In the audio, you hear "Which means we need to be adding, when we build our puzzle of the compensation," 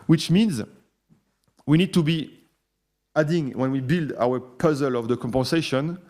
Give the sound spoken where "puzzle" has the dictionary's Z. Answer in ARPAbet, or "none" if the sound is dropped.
Z